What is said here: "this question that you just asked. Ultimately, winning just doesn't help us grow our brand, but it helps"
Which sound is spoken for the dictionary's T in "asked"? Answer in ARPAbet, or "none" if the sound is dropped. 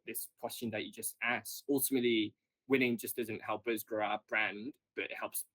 none